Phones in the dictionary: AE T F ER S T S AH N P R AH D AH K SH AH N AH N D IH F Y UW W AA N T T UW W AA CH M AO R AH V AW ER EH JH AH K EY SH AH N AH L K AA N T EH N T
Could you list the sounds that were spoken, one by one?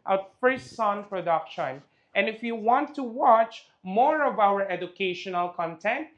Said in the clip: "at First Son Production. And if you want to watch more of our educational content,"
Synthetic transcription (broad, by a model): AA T F ER S T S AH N P R AH D AH K SH AH N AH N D IH F Y UW W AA N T T UW W AA CH M AO R AH V AW ER EH JH AH K EY SH AH N AH L K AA N T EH N T